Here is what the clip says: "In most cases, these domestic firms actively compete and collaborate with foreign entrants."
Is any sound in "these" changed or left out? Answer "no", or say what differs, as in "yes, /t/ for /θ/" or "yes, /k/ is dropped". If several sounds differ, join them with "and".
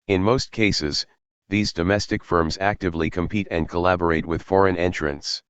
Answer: no